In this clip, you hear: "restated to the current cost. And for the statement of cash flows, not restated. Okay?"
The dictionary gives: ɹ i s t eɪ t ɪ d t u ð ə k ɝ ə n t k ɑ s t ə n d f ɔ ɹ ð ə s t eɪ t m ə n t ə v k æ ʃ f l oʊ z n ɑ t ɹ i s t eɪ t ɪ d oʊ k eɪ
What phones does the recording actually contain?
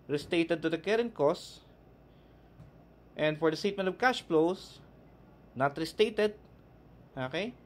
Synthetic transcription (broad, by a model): ɹ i s t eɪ t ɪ d t u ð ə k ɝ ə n k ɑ s t ə n d f ɔ ɹ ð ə s t eɪ t m ə n t ə v k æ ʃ p l oʊ s n ɑ t ɹ i s t eɪ t ɪ d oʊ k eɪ